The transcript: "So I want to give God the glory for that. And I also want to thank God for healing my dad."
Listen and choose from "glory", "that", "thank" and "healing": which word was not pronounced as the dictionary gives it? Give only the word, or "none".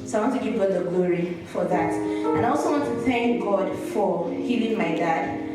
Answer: none